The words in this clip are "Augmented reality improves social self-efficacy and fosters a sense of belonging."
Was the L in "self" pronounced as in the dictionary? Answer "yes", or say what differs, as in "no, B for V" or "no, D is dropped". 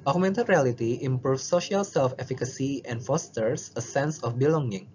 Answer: yes